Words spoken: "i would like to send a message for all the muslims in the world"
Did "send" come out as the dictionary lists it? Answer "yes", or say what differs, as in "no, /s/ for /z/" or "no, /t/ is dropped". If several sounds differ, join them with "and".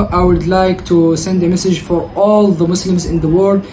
yes